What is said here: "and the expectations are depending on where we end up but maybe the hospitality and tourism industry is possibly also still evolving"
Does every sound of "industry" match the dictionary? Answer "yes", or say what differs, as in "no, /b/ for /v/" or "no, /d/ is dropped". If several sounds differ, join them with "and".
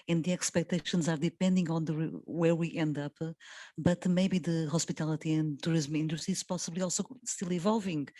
no, /s/ is dropped